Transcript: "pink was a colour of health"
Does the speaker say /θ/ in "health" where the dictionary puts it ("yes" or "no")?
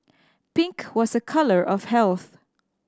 yes